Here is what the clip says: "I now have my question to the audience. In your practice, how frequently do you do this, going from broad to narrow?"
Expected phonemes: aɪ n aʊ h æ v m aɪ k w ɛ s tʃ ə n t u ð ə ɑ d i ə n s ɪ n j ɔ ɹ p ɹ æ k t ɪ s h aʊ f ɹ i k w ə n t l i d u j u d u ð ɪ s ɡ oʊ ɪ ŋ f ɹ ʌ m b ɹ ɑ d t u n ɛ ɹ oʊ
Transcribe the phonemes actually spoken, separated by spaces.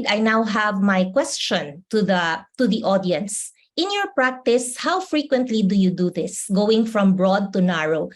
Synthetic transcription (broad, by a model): aɪ n aʊ h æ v m aɪ k w ɛ s tʃ ə n t u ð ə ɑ d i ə n s ɪ n j ɔ ɹ p ɹ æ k t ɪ s h aʊ f ɹ i k w ə n t l i d u j u d u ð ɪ s ɡ oʊ ɪ ŋ f ɹ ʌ m b ɹ ɑ d t u n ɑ ɹ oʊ